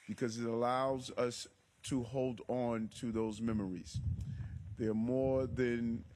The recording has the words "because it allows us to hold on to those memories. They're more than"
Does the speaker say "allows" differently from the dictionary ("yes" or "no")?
no